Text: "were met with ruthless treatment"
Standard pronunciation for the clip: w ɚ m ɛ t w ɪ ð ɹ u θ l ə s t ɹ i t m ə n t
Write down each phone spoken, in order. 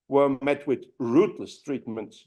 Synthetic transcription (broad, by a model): w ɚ m ɛ t w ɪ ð ɹ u t l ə s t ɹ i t m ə n t